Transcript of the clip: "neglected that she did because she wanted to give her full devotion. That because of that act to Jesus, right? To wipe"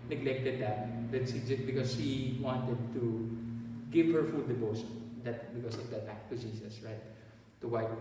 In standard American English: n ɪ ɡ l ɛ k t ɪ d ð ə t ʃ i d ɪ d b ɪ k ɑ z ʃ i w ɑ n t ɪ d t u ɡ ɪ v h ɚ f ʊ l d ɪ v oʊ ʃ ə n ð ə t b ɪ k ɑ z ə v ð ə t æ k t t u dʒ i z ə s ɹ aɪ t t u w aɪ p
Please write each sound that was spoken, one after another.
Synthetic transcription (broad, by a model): n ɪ ɡ l ɛ k t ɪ d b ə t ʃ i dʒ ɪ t b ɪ k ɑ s ʃ i w ɑ n t ɪ d t u ɡ ɪ v h ɚ f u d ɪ b oʊ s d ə t b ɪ k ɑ s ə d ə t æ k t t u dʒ i s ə s ɹ aɪ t t u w aɪ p